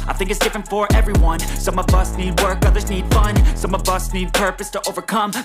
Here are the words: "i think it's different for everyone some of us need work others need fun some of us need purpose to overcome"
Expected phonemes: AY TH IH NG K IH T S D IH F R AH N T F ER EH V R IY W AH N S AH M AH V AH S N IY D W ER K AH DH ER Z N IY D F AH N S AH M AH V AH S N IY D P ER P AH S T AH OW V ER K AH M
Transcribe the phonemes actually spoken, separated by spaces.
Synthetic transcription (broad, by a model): AY TH IH NG K IH T S D IH F R AH N T F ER EH V R IY W AH N S AH M AH V AH S N IY D W ER K AH DH ER Z N IY D F AH N S AH M AH V AH S N IY D P ER P AH S T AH OW V ER K AH M